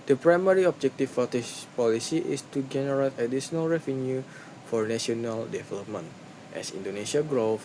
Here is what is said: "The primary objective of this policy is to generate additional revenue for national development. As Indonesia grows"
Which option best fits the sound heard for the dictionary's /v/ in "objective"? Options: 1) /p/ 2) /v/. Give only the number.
1